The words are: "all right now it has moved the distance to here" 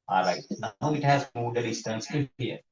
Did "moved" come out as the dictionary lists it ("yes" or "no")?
no